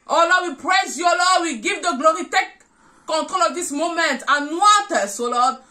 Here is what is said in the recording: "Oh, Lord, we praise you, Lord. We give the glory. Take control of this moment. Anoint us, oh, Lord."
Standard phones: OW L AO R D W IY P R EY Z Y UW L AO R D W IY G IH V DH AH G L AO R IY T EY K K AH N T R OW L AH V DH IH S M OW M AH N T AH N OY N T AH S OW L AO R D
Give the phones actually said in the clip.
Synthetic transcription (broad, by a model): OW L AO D W IY P R EY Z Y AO L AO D W IY G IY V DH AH G L AO R IY T EY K K AH N T R OW L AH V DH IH S M OW M AH N T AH N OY T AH S OW L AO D